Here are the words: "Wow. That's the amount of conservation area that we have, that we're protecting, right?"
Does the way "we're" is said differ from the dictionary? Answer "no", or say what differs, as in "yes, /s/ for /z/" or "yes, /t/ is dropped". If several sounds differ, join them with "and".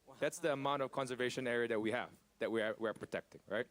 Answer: yes, /w/ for /ɹ/